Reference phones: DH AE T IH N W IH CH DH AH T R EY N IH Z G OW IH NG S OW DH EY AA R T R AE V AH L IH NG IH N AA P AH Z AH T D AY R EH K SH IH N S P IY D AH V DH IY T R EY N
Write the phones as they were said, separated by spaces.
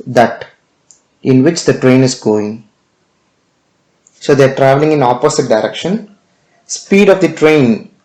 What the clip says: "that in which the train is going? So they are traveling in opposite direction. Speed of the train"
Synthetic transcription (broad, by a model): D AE T IH N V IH CH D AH T R EY N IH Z G OW IH NG S OW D EY AA R T R AE V AH L IH NG IH N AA P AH S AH T D AY R EH K SH IH N S P IY D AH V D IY T R EY N